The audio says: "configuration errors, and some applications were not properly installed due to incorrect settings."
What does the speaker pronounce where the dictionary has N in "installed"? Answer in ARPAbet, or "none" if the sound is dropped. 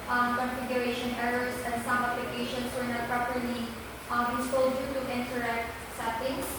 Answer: none